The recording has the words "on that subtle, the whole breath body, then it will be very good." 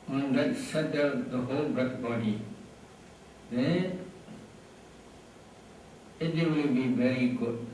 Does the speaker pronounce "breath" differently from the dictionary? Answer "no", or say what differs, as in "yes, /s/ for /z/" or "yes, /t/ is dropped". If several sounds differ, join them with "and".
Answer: yes, /t/ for /θ/